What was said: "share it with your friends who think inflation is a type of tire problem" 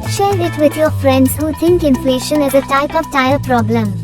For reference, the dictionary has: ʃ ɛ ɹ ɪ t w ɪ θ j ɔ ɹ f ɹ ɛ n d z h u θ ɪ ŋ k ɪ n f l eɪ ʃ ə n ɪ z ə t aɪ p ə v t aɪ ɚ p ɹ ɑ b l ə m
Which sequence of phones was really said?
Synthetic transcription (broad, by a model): ʃ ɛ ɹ ɪ t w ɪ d j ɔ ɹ f ɹ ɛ n d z h u t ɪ ŋ k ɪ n f l eɪ ʃ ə n ɪ z ə t aɪ p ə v t aɪ ɚ p ɹ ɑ b l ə m